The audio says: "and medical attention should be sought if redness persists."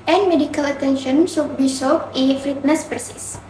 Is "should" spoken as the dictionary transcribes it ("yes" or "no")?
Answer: no